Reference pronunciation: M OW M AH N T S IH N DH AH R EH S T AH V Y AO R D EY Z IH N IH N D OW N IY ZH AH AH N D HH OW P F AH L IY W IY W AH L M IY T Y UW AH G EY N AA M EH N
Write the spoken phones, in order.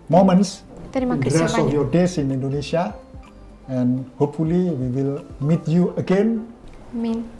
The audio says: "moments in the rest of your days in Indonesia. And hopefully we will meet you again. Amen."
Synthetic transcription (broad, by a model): M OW M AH N S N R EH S AH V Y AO D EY S IH N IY N D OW N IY S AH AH N HH OW P F AH L IY W IY W AH L M IY T Y UW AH G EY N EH N